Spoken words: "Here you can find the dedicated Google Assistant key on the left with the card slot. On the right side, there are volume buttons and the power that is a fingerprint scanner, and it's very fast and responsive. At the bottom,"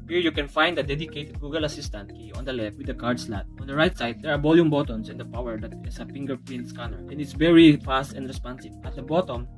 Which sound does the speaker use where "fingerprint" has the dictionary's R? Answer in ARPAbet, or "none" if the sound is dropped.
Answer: L